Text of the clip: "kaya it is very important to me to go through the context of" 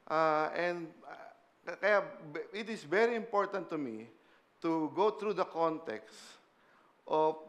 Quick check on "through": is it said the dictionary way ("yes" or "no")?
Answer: no